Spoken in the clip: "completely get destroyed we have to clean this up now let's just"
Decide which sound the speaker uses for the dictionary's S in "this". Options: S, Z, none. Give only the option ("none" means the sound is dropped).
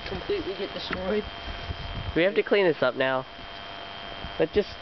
S